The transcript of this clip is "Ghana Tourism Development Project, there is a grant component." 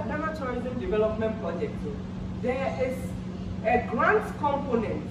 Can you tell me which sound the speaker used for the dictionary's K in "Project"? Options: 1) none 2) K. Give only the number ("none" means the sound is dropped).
2